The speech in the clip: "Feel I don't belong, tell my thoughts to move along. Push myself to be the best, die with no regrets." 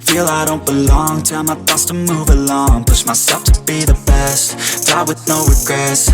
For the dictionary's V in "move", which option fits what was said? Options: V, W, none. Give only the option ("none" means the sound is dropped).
V